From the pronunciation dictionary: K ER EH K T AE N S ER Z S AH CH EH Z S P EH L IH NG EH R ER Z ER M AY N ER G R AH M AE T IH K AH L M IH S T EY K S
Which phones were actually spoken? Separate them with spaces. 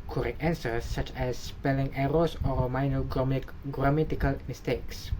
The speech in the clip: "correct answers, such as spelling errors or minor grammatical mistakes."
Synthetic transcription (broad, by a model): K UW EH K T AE N S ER S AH CH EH S P EH L IH NG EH R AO S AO M AY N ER G R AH M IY T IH K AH L M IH S T EY K S